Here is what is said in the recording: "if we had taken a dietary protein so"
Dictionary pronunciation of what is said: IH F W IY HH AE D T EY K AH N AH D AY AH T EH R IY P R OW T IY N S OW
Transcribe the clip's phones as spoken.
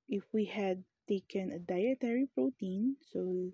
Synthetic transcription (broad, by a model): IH F W IY HH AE D T EY K AH N AH D AY AH T EH R IY P R OW T IY N S OW